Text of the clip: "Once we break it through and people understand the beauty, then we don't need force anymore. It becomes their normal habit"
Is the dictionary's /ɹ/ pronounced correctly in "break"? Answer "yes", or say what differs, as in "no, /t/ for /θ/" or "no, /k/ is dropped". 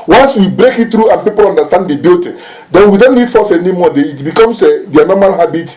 yes